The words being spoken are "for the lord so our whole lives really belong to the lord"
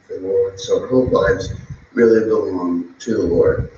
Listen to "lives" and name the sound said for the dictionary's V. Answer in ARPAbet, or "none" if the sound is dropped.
none